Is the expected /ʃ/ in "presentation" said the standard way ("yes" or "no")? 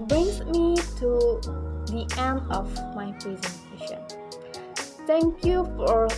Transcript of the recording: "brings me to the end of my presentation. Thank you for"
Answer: yes